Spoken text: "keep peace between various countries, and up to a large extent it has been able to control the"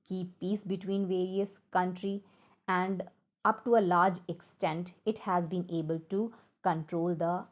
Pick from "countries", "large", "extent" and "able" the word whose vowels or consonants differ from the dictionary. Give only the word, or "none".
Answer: countries